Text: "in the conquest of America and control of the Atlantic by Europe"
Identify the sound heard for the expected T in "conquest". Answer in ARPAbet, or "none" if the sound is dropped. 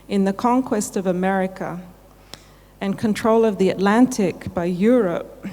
T